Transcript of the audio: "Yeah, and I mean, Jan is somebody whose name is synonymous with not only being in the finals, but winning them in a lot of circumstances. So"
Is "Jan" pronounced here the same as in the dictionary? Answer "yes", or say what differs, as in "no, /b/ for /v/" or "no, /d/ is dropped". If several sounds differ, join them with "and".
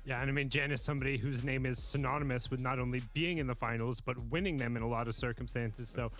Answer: yes